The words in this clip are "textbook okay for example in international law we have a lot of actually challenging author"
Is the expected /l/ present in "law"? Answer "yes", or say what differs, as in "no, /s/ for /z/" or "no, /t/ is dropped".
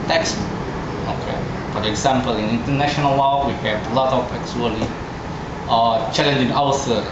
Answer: no, /w/ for /l/